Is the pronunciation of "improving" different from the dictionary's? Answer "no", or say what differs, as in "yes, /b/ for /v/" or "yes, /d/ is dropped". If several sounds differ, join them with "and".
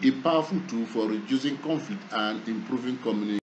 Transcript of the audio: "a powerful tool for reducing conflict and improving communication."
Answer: no